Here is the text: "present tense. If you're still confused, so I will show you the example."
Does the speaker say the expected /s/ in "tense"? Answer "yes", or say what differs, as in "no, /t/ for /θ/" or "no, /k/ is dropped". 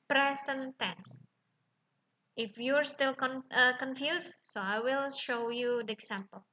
yes